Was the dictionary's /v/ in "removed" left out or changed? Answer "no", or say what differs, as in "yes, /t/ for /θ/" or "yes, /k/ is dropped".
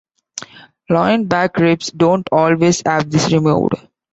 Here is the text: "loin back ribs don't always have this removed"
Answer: yes, /v/ is dropped